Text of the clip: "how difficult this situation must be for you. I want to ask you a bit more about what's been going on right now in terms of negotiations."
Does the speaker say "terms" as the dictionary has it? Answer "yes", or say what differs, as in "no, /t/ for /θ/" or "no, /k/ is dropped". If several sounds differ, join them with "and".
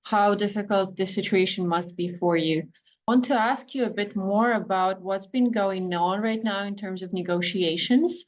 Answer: yes